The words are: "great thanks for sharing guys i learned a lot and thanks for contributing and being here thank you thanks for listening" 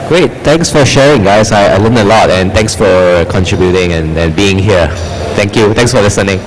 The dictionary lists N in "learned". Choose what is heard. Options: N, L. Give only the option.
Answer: L